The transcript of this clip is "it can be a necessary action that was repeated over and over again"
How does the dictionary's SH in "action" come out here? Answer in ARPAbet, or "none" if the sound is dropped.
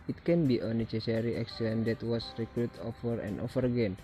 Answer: S